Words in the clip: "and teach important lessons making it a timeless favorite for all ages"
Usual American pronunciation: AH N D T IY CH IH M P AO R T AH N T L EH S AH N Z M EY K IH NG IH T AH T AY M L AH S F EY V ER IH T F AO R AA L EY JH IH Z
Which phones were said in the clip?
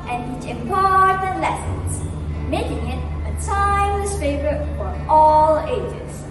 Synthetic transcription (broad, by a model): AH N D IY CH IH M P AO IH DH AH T L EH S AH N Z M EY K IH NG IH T AH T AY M AH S F EY V ER IH T F AO R AA L EY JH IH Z